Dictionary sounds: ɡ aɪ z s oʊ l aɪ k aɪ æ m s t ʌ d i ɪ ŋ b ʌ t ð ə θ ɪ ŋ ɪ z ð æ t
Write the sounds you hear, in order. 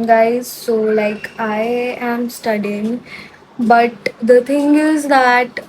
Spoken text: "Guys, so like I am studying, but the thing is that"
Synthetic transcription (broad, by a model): ɡ aɪ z s oʊ l aɪ k aɪ æ m s t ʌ d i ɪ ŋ b ʌ t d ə t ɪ ŋ ɪ z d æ t